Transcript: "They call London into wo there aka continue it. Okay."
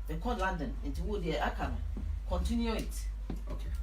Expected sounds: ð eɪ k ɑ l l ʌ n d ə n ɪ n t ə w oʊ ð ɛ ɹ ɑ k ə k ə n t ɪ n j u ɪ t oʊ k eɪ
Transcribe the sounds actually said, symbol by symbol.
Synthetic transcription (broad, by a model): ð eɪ k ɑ n l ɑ n d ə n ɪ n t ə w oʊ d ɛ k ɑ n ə k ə n t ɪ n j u ɪ t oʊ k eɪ